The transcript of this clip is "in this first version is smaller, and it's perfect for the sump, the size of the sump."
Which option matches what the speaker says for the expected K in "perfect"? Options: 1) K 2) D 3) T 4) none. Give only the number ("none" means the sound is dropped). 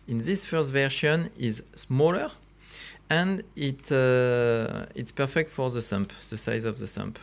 1